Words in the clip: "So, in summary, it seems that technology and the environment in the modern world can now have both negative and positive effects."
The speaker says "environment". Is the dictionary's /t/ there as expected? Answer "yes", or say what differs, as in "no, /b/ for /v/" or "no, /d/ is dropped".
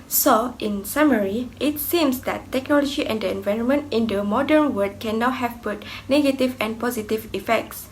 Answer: yes